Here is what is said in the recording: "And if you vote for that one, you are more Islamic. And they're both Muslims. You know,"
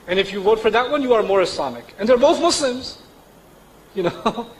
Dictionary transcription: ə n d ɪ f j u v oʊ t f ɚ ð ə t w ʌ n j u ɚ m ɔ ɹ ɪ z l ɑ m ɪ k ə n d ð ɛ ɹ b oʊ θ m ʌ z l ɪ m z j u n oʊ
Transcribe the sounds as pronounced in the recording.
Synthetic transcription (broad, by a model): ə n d ɪ f j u w oʊ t f ɚ ð ə t w ʌ n j u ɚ m ɔ ɹ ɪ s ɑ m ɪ k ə n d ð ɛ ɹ b oʊ θ m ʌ s l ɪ m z j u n oʊ